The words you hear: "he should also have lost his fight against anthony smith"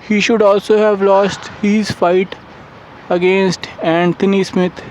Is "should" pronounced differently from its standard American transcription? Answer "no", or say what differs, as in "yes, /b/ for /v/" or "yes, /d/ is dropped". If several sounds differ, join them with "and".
no